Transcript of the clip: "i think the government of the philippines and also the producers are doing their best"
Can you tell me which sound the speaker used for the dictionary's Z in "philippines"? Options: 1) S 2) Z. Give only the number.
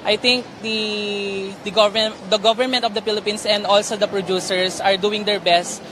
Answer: 1